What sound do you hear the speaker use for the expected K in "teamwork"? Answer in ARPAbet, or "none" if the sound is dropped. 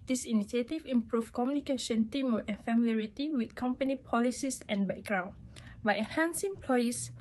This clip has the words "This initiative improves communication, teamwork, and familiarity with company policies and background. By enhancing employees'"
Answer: none